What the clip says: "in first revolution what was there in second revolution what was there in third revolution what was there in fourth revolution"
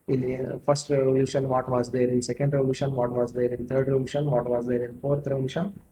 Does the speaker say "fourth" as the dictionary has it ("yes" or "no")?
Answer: no